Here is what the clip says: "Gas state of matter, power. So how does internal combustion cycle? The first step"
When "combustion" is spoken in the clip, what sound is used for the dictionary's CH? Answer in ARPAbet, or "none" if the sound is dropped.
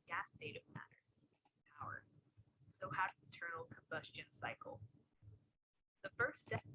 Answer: CH